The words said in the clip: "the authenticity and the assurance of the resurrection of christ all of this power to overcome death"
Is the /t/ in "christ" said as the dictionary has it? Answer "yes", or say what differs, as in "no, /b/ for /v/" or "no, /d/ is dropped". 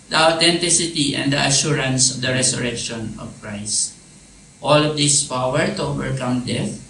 yes